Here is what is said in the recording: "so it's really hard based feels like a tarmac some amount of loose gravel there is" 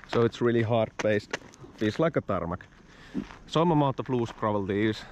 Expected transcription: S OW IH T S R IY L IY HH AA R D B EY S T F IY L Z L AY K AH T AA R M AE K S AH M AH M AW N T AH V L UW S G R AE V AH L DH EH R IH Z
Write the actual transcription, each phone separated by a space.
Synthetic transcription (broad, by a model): S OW IH T S R IY L IY HH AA R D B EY S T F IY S L AY K AH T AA R M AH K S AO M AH M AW T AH F L UW S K R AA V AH L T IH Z